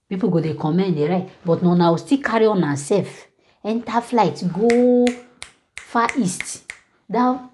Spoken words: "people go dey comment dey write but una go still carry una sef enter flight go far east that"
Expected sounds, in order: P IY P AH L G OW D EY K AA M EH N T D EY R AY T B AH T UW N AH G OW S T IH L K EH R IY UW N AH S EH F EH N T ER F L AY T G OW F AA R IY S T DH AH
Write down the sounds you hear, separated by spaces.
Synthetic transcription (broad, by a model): P IY P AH G OW D EY K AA M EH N D EY R AY T B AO T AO N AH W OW S T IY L K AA R IY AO N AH S EH F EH N T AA F L AY T G OW F AA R IY S T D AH